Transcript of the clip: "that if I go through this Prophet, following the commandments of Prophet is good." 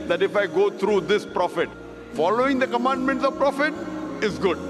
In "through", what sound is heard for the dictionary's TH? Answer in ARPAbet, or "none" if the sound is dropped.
T